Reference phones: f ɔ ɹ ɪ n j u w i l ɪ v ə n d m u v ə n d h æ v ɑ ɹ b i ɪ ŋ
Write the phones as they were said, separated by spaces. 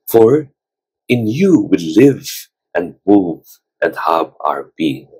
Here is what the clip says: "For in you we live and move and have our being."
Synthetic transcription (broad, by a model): f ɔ ɹ ɪ n j u w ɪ l ɪ v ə n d m u v ə n d h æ b ɑ ɹ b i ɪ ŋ